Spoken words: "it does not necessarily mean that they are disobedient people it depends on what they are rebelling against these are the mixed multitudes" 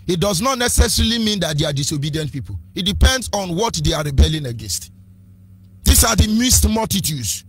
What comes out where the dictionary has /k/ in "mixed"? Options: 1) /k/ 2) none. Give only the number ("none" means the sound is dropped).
2